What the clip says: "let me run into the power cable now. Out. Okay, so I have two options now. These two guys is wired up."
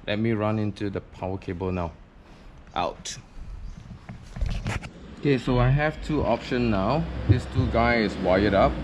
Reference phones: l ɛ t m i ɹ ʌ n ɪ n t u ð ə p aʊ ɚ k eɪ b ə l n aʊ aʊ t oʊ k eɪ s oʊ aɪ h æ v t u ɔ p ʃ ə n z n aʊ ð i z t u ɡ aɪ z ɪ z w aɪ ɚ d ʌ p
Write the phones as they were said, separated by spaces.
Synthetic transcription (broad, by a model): l ɛ t m i ɹ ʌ n ɪ n t u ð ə p aʊ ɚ k eɪ b ə l n aʊ aʊ t oʊ k eɪ s oʊ aɪ h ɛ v t u ɔ p ʃ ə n n aʊ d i s t u ɡ aɪ ɪ s w aɪ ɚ d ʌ p